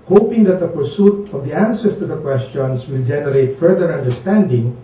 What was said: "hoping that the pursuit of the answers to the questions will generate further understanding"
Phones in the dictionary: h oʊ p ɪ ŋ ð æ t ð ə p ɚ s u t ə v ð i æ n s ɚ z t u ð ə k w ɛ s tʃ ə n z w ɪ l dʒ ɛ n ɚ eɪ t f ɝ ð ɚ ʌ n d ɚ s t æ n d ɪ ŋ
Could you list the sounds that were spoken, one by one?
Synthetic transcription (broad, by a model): h oʊ p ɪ ŋ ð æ t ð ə p ɚ s u t ə v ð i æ n s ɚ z t u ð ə k w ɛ s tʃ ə n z w ɪ l dʒ ɛ n ɚ eɪ t f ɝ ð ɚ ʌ n d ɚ s t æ n d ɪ ŋ